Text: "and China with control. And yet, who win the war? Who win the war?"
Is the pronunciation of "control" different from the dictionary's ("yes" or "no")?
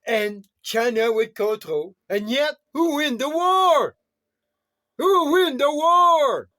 yes